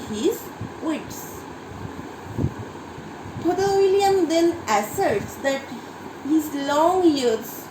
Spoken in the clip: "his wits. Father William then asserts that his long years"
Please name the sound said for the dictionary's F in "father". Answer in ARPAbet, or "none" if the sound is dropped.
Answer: P